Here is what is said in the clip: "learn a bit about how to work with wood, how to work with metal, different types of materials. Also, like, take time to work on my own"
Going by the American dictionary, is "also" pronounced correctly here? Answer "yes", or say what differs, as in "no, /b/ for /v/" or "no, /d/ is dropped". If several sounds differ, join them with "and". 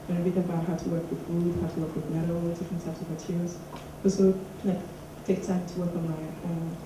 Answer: no, /l/ is dropped